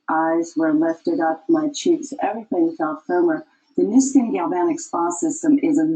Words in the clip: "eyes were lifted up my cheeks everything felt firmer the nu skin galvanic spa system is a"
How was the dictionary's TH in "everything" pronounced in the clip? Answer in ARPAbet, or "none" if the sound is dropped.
TH